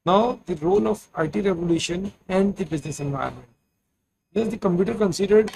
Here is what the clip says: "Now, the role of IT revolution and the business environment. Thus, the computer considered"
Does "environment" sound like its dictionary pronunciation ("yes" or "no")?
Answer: no